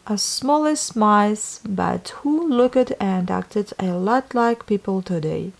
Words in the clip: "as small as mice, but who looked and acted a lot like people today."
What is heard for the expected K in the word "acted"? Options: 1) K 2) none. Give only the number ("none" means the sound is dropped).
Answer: 1